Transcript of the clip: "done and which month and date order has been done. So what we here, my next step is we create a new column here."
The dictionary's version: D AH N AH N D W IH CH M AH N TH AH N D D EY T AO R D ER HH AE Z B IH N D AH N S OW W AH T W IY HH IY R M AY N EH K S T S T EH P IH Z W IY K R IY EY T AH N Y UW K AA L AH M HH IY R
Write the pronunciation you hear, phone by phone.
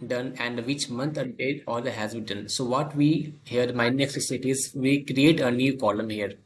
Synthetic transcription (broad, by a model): D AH N AH N D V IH CH M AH N T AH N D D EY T AO L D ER HH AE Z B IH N D AH N S OW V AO T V IY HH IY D M AY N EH K S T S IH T IH Z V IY K R IY EY T AH N Y UW K AA L AH M HH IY R